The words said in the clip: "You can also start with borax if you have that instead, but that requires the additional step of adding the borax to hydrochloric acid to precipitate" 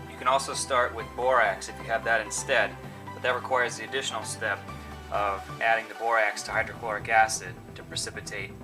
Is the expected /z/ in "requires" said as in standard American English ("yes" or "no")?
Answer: yes